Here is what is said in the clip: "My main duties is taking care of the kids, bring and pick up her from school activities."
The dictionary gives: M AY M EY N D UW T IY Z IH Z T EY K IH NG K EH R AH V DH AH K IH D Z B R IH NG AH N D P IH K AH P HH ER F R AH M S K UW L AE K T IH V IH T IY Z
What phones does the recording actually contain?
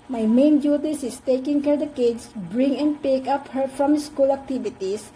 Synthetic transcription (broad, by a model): M AY M EY N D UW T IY S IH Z T EY K IH NG K EH R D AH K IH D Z B R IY NG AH N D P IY K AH P HH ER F R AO M S K UW L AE K T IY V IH T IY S